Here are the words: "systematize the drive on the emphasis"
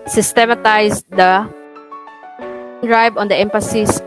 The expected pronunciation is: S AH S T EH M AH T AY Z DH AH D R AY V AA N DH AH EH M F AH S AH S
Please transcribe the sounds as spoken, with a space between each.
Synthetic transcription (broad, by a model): S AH S T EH M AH T AY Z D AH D R AY B AA N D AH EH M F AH S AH S